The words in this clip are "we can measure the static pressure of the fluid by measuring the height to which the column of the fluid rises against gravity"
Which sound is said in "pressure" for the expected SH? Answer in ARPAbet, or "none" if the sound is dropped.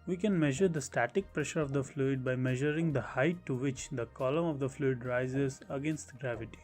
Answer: SH